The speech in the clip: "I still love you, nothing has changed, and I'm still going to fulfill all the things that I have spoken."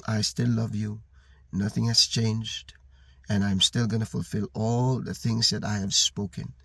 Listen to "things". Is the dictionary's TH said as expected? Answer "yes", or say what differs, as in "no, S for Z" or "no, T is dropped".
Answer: yes